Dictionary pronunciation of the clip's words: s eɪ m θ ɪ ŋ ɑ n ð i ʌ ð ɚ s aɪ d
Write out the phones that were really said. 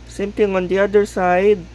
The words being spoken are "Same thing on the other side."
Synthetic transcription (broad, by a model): s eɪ m t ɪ ŋ ɑ n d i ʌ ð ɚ s aɪ d